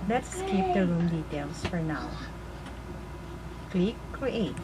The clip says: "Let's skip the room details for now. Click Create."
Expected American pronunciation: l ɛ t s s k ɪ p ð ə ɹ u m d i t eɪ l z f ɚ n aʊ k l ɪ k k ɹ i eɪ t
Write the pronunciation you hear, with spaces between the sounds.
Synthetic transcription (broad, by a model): l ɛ t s s k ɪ p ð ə ɹ u m d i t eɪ l s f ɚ n aʊ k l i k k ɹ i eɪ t